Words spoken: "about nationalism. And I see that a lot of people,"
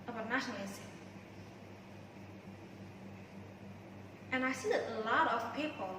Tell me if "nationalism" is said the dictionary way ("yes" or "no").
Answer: no